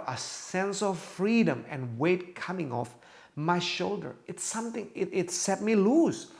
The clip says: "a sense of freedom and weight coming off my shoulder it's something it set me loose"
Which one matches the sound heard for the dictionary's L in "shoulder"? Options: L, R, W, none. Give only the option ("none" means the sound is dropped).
L